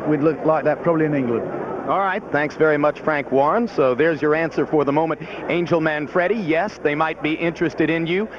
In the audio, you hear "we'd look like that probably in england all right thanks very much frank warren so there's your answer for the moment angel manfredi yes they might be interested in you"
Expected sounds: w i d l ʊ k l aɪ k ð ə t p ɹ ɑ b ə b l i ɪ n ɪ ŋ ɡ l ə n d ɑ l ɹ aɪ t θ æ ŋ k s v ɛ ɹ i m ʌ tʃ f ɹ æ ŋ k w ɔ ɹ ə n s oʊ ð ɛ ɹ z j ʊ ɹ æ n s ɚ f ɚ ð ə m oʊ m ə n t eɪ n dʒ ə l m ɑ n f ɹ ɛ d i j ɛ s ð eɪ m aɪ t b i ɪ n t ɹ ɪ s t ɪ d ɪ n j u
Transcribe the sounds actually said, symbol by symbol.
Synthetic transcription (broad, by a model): w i d l ʊ k l aɪ k ð ə t p ɹ ɑ b ə b l i ɪ n ɪ ŋ ɡ l ə n d ɑ l ɹ aɪ t θ æ ŋ k s v ɛ ɹ i m ʌ tʃ f ɹ æ ŋ k w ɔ ɹ n s oʊ ð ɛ ɹ z j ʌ ɹ æ n s ɚ f ɚ ð ə m oʊ m ə n t eɪ n dʒ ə l m ɑ n f ɹ ɛ d i j ɛ s ð eɪ m aɪ t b i ɪ n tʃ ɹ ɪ s t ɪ d ɪ n j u